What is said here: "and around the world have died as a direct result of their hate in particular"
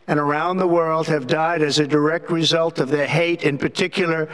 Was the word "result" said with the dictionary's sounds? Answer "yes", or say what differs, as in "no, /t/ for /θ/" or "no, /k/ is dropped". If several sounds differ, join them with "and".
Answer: yes